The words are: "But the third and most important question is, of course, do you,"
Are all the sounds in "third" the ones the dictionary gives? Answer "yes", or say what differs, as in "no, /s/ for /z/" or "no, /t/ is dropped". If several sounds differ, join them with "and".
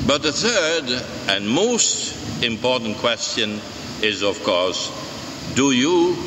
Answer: yes